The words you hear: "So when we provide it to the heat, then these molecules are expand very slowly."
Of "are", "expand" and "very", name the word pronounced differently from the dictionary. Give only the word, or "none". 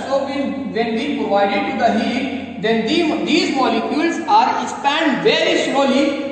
none